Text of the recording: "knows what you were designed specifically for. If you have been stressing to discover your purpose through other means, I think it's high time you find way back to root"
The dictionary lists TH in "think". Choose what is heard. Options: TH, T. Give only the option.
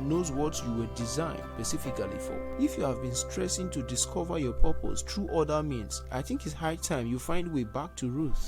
TH